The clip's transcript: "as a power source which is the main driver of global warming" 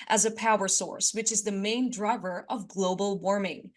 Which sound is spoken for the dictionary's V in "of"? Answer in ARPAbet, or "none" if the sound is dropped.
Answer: V